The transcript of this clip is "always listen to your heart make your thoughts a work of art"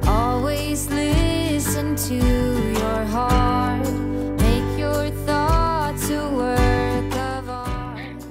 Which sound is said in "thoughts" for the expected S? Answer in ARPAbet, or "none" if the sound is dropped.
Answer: none